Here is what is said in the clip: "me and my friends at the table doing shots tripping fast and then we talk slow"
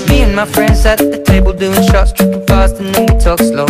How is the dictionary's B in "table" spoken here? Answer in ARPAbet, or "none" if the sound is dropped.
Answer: B